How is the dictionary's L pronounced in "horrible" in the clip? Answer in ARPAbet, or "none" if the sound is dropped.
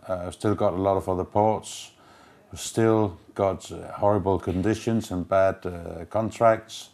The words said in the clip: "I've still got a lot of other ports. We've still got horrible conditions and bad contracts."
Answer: L